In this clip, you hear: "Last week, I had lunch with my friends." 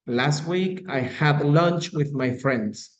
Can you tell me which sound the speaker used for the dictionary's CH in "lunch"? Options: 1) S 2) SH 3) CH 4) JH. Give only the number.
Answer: 3